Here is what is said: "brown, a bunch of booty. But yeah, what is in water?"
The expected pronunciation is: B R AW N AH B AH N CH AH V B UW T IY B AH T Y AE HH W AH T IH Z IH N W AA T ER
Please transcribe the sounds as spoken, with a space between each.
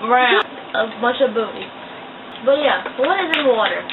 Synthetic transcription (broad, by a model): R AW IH AH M AH CH AH V B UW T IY B AH T Y AE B W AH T IH Z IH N W AA T ER